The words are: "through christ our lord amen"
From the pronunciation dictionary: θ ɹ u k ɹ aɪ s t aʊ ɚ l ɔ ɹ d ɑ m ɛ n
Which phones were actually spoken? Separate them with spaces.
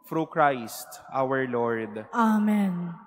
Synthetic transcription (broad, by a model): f ɹ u k ɹ aɪ s t aʊ ɚ l ɔ ɹ d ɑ m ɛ n